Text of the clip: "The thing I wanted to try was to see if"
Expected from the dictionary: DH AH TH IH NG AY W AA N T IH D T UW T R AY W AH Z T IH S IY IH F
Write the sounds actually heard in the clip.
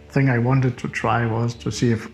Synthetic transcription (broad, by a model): TH IH NG AY W AA N T IH D T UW T R AY W AH Z T IH S IY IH F